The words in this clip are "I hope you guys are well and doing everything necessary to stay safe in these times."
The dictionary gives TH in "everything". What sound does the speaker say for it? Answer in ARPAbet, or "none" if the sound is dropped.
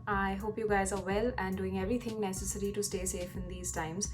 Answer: T